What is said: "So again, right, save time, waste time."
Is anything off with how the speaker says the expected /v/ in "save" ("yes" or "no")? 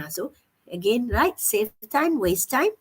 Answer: yes